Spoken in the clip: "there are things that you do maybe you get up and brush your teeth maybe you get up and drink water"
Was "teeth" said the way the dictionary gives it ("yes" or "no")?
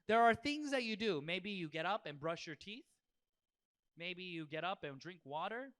yes